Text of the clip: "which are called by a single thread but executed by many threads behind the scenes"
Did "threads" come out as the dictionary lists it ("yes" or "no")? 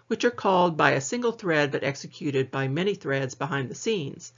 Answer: yes